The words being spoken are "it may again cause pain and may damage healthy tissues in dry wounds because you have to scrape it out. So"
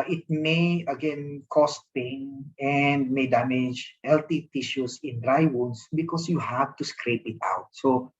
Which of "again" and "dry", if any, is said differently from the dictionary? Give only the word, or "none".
none